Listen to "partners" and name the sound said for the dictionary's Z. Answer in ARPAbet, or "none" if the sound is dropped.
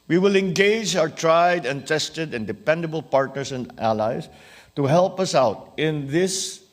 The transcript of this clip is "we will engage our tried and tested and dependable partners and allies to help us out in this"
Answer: S